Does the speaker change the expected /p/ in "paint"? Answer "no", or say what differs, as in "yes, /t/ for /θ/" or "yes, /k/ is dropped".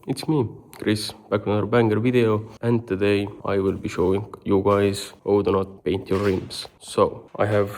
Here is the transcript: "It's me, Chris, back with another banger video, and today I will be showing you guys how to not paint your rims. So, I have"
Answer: no